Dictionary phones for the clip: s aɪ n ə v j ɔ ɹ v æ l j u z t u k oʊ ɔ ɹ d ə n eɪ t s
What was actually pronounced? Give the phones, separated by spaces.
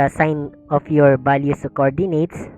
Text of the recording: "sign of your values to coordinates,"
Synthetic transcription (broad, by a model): s aɪ n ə f j ɔ ɹ b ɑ l j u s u k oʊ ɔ ɹ d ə n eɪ t s